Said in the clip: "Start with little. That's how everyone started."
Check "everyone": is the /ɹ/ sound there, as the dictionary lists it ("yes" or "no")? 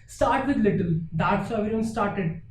no